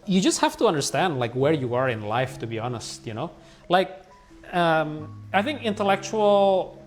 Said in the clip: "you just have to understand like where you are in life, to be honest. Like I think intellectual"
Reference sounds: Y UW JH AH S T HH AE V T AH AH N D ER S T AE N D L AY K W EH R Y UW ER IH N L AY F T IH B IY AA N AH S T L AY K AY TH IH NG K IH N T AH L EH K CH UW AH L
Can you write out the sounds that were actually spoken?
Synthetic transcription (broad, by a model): Y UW JH AH S T HH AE F T AH AH N D ER S T AE N D L AY K W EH R Y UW ER IH N L AY F T IH B IY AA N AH S T L AY K AY TH IH NG K IH N T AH L EH K CH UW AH L